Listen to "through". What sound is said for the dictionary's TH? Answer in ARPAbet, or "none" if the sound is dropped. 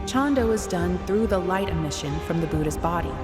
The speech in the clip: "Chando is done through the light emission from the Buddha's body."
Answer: TH